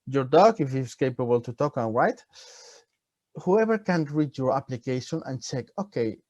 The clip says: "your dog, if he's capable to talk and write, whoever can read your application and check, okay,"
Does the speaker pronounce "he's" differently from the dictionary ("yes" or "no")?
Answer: yes